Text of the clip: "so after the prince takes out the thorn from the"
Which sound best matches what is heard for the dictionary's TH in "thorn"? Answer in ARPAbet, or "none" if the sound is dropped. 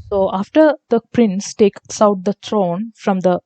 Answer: T